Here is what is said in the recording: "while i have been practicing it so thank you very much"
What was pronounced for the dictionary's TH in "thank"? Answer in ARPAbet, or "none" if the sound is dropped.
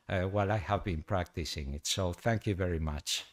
TH